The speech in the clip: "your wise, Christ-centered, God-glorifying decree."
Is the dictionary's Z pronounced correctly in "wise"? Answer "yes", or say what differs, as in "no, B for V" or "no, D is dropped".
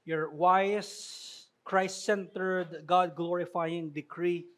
no, S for Z